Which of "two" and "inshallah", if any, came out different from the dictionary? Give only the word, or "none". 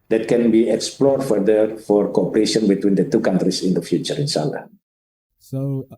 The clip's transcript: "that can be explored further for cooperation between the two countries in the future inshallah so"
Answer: inshallah